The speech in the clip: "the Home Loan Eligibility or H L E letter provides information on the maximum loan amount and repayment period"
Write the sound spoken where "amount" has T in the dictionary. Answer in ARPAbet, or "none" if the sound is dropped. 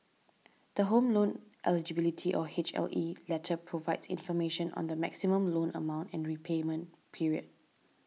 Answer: T